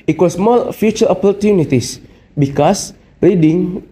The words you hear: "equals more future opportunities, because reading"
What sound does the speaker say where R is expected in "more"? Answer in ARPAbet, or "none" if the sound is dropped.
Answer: L